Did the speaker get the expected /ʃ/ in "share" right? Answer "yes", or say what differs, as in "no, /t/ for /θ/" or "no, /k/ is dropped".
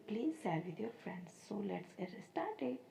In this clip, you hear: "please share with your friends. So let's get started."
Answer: no, /s/ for /ʃ/